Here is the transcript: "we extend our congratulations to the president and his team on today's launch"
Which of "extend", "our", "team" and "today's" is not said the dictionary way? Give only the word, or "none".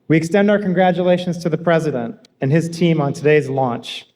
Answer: none